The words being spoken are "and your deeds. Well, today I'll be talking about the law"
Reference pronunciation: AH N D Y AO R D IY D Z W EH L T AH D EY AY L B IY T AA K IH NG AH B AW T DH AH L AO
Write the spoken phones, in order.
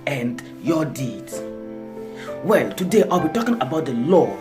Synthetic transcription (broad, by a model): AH N D Y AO D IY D W EH L T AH D EY AY L B IY T AA K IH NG AH B AW T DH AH L AO